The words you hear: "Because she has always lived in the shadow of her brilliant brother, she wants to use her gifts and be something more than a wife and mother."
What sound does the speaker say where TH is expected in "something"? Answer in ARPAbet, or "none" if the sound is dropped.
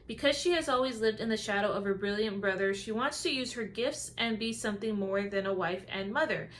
TH